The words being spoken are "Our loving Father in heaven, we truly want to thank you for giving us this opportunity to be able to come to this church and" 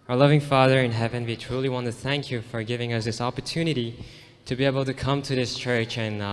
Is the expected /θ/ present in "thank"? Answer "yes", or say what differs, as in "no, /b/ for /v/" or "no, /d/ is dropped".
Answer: yes